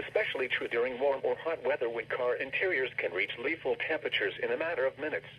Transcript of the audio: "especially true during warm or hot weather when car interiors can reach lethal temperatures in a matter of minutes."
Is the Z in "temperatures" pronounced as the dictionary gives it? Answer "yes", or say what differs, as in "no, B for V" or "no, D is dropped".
yes